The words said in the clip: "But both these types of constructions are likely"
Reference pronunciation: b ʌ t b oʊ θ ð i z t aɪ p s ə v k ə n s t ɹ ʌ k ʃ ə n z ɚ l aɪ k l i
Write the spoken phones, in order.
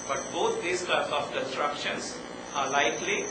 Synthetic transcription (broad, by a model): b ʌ t b oʊ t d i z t aɪ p ə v k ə n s t ɹ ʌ k ʃ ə n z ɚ l aɪ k l i